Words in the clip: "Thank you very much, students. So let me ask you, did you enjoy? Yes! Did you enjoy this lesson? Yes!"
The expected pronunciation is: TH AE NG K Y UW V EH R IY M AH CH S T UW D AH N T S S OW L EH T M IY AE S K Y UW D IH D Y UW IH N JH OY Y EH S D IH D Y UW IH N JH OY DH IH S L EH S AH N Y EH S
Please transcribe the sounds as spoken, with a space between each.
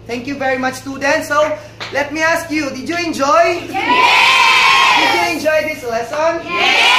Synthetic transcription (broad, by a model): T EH NG K Y UW V EH R IY M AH CH T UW D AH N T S S OW L EH T M IY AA S K Y UW D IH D Y UW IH N JH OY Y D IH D Y UW IH N JH OY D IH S L EH S AH N